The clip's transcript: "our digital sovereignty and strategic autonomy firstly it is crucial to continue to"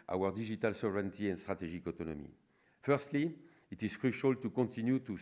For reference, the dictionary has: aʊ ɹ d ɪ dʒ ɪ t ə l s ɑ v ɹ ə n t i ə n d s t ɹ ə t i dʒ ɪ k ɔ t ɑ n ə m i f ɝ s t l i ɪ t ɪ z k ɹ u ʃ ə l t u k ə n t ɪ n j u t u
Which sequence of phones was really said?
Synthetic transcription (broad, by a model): aʊ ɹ d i ʒ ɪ t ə l s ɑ v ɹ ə n t i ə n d s t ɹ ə t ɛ ʒ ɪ k ɔ t ɑ n ə m i f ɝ s t l i ɪ t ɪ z k ɹ u ʃ ə l t u k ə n t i n j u t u